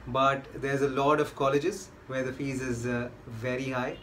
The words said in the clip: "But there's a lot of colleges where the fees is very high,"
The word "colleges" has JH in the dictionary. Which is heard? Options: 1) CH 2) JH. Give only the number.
2